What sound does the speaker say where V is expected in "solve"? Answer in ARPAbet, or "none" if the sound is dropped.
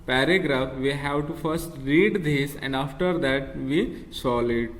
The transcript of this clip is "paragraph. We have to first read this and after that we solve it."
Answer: none